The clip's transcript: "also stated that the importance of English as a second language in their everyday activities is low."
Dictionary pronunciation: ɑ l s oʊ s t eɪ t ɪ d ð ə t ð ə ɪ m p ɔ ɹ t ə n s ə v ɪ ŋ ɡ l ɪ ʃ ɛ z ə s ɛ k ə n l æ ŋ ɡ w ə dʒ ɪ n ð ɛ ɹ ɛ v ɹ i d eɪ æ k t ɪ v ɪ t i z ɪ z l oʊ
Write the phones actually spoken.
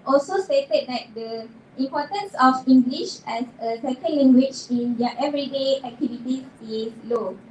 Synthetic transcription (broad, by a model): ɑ l s oʊ s t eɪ t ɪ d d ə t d ə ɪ m p ɔ t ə n s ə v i ŋ ɡ l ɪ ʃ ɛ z ə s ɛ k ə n l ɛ ŋ ɡ w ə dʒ ɪ n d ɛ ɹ ɛ v ɹ i d eɪ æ k t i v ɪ t i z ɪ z l oʊ